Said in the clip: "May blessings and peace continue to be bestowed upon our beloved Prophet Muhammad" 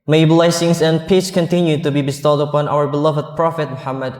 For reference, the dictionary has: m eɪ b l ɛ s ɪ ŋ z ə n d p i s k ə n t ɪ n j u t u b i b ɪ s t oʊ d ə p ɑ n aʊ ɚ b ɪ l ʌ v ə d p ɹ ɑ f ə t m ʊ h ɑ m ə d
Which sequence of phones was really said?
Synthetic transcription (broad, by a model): m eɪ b l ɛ s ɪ ŋ s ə n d p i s k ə n t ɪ n j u t u b i b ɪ s t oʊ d ə p ɑ n aʊ ɚ b ɪ l ʌ v ə d p ɹ ɑ f ə t m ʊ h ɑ m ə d